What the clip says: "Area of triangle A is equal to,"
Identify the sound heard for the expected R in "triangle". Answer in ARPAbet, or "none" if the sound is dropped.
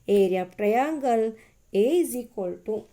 none